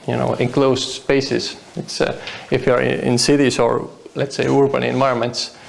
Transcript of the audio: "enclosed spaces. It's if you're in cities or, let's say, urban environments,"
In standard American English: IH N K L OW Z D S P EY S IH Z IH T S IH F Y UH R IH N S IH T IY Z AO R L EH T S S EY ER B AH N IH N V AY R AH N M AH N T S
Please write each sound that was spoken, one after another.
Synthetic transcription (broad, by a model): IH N K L OW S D S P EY S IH S IH T S IH F Y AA R IH N S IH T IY S AO R L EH T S S EY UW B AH N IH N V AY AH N M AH N T S